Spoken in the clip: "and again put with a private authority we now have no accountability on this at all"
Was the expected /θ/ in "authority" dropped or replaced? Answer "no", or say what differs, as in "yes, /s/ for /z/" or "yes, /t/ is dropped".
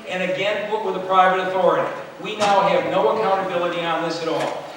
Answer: no